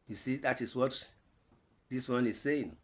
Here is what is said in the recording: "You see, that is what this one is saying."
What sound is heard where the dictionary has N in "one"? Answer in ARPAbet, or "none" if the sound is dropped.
N